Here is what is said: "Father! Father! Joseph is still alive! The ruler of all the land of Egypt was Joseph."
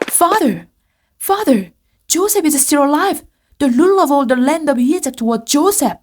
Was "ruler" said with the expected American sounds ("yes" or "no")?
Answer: no